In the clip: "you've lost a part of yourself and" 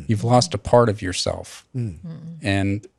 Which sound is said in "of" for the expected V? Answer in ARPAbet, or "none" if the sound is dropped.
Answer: V